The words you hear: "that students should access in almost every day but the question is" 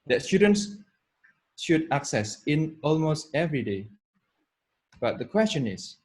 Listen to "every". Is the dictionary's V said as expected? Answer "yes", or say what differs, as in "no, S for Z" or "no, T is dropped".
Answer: yes